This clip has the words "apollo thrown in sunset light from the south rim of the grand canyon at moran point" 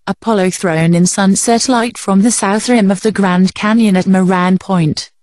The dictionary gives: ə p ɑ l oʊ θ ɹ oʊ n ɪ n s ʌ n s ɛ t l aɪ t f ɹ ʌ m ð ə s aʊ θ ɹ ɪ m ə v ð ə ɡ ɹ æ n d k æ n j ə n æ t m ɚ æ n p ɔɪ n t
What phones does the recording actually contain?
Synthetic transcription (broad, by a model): ə p ɑ l oʊ θ ɹ oʊ n ɪ n s ʌ n s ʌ t l aɪ t f ɹ ʌ m ð ə s aʊ θ ɹ ɪ m ə v ð ə ɡ ɹ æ n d k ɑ n j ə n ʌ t m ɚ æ n p ɔɪ n t